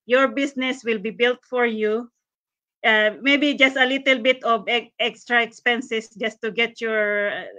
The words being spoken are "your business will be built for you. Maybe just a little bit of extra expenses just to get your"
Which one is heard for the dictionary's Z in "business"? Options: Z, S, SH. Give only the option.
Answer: S